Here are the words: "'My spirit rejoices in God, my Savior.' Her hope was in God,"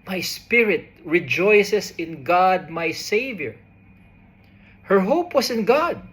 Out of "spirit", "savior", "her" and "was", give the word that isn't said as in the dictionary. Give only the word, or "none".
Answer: was